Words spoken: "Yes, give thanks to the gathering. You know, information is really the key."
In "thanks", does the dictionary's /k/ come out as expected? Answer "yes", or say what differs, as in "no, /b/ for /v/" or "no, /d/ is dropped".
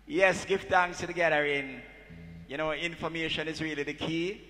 no, /k/ is dropped